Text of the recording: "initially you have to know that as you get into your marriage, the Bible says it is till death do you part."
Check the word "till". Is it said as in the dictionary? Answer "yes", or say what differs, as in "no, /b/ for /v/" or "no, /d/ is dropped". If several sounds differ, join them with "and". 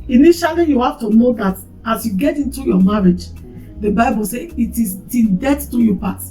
no, /n/ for /l/